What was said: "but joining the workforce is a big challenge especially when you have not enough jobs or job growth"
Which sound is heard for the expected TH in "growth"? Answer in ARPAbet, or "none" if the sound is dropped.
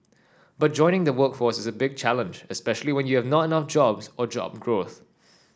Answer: TH